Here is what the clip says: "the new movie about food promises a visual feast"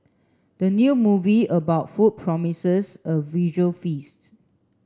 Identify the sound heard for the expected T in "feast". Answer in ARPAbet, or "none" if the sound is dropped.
T